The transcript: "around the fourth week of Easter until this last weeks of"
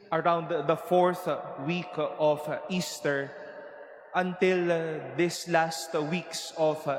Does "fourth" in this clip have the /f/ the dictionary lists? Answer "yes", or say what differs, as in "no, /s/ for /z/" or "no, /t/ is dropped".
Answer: yes